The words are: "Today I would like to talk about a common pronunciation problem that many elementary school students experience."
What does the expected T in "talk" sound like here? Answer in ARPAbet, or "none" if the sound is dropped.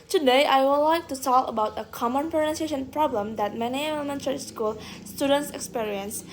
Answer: S